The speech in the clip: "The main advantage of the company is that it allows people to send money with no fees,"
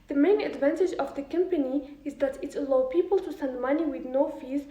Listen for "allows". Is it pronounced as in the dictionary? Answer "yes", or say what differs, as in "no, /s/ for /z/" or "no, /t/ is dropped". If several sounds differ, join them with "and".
no, /z/ is dropped